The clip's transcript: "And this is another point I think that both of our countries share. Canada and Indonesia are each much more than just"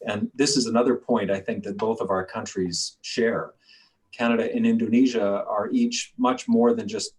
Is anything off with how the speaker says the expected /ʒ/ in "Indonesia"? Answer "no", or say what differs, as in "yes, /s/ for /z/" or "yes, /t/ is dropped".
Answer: no